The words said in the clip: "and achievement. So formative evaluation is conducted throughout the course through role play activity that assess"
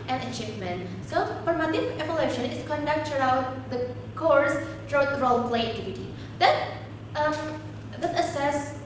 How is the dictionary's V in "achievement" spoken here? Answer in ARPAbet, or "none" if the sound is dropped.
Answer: P